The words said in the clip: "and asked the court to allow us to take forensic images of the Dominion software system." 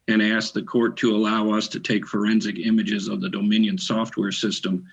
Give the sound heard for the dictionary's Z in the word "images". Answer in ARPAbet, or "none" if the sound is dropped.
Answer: Z